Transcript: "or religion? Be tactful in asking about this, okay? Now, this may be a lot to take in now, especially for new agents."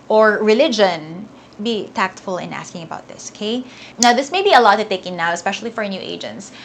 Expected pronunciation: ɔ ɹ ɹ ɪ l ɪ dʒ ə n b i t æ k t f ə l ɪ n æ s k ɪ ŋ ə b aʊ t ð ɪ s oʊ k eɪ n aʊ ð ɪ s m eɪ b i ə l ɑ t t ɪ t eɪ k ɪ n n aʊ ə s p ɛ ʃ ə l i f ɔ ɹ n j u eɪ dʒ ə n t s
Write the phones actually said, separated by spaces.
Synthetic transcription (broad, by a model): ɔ ɹ ɹ ɪ l ɪ dʒ ə n b i t æ k t f ə l ɪ n æ s k ɪ ŋ ə b aʊ t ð ɪ s oʊ k eɪ n aʊ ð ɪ s m eɪ b i ə l ɑ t t ɪ t eɪ k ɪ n n aʊ ə s p ɛ ʃ ə l i f ɔ ɹ n j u eɪ dʒ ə n t s